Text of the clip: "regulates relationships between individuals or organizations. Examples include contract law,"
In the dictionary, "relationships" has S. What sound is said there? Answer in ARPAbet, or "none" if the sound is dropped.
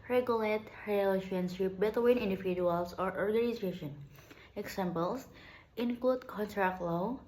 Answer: none